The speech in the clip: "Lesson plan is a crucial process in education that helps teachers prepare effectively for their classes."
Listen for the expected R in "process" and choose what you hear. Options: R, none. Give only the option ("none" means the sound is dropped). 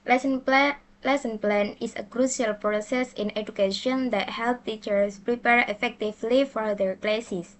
R